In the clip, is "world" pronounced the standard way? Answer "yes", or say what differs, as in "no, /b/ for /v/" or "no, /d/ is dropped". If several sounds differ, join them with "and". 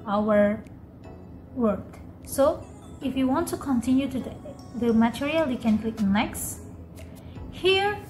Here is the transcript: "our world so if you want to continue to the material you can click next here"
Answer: no, /l/ is dropped